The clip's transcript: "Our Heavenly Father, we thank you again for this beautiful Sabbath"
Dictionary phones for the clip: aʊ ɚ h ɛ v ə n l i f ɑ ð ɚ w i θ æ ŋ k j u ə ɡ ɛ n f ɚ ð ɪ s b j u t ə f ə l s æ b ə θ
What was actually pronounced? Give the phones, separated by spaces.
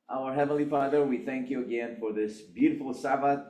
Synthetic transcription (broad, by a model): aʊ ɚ h ɛ v ə n l i f ɑ ð ɚ w i θ æ ŋ k j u ə ɡ ɛ n f ɚ ð ɪ s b j u t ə f l s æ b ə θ